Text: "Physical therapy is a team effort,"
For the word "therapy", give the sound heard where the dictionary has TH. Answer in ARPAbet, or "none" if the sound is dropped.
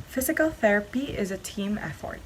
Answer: TH